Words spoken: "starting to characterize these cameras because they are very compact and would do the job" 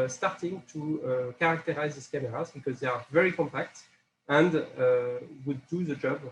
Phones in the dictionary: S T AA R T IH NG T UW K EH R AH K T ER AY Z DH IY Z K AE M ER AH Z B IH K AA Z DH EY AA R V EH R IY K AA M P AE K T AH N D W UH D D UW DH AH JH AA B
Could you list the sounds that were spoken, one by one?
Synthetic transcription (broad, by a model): S T AA R T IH NG T UW K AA R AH K T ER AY Z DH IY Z K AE M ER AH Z B IH K AA Z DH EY AA R V EH R IY K AA M P AE K T AH N D W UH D D UW DH AH JH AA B